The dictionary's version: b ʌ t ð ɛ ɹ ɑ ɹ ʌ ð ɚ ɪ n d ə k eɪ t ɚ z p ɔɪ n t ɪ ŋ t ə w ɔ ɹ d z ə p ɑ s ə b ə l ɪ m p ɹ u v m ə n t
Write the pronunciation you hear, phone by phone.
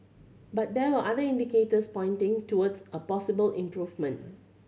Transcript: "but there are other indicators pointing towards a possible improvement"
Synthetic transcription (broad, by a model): b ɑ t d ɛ w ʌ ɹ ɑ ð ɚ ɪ n d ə k eɪ t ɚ s p ɔɪ n t ɪ ŋ t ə w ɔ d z ə p ɑ s ə b ə l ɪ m p ɹ u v m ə n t